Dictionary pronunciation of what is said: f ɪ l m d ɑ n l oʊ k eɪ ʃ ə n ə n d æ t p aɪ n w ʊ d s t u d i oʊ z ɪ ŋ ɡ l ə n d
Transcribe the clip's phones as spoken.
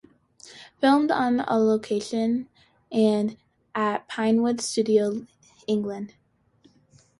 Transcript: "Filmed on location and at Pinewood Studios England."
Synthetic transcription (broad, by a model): f ɪ l m d n l oʊ k eɪ ʃ ə n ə n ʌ t p aɪ n w ʊ d s t u d i oʊ ɪ ŋ ɡ l ə n d